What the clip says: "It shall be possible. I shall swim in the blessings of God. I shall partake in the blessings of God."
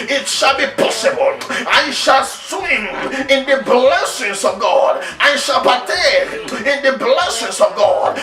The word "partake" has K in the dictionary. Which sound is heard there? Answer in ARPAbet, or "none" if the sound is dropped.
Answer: none